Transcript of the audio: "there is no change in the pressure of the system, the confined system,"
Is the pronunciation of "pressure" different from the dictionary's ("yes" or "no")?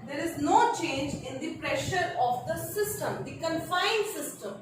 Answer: no